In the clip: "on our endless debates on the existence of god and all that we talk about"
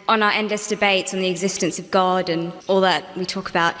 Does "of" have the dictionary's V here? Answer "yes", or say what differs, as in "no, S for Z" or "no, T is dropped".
yes